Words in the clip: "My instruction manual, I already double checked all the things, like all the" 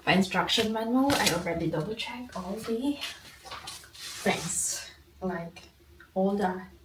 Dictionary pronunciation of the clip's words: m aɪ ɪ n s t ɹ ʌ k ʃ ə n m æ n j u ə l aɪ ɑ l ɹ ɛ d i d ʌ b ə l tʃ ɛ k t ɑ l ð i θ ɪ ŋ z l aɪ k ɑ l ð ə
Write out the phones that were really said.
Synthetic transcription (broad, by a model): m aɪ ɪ n s t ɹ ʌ k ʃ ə n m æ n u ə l aɪ ɑ l ɹ ɛ d i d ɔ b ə tʃ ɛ k ɑ l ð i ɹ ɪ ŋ s l aɪ k ɑ l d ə